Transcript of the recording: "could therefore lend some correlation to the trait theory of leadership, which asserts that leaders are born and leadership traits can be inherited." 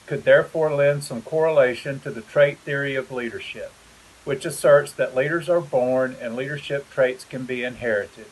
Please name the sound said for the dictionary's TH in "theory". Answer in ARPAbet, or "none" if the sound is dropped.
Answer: TH